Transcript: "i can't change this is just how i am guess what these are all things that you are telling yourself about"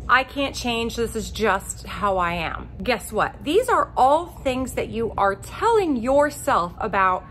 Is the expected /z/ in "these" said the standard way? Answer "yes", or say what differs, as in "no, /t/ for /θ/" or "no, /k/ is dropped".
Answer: yes